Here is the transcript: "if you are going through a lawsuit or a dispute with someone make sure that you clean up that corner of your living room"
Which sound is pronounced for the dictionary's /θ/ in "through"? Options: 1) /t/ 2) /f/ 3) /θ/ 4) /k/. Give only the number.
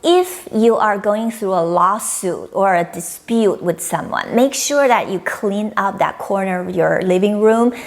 3